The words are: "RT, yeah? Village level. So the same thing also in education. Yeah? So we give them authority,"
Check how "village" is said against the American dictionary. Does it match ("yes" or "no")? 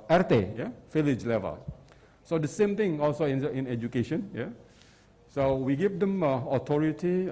no